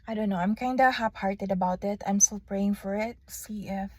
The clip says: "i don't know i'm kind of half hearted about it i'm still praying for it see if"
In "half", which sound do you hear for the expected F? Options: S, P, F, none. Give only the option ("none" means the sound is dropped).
P